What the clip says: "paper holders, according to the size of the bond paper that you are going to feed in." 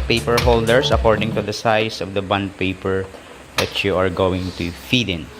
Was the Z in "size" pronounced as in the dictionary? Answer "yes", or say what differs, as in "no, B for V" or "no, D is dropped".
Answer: no, S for Z